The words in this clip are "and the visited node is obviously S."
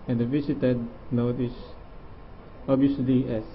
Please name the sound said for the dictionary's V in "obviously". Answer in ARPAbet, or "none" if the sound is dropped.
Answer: none